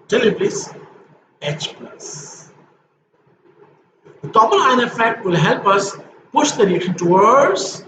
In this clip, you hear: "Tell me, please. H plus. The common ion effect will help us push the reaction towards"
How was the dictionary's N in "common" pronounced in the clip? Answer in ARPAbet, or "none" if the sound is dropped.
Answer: L